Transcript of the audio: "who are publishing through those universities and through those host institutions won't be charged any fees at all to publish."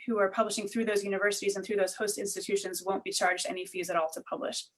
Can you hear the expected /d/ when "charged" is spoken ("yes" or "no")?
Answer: yes